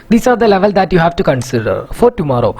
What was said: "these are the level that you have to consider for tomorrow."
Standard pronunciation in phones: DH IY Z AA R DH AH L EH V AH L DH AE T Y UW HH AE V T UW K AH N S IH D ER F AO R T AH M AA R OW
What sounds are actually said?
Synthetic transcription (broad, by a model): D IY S AA R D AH L EH V AH L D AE T Y UW HH AE V T UW K AH N S IH D ER F AO R T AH M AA R OW